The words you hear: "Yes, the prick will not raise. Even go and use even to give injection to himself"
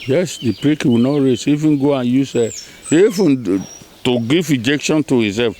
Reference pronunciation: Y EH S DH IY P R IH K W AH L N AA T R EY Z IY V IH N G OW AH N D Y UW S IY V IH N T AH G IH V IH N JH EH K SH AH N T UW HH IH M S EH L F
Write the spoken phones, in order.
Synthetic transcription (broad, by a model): Y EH S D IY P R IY K W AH N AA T R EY S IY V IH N G OW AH N Y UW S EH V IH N T AH G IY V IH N JH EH K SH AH N T UW HH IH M S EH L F